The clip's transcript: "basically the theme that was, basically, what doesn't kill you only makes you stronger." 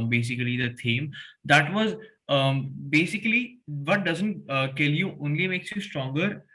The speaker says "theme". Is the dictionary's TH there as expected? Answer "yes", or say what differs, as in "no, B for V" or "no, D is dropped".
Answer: no, T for TH